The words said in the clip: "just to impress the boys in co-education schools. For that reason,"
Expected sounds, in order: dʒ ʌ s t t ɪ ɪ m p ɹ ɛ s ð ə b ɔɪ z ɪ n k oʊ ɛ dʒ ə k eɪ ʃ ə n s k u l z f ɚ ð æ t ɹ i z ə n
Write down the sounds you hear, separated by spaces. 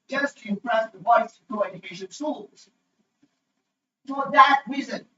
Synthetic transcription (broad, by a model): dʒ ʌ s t t ɪ ɪ m p ɹ ɛ s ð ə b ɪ s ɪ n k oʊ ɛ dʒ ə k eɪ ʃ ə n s u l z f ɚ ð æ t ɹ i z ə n